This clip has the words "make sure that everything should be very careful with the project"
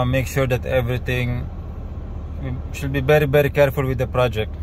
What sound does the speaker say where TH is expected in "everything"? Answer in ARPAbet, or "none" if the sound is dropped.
T